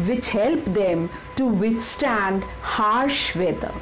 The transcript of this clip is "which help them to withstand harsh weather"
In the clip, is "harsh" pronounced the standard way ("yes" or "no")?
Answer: yes